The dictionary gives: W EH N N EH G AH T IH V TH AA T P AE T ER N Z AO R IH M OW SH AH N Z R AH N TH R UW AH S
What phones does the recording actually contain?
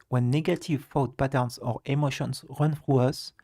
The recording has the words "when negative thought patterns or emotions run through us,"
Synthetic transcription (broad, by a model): W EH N N EH G AH T IH V F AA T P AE T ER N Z AO R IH M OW SH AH N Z R AH N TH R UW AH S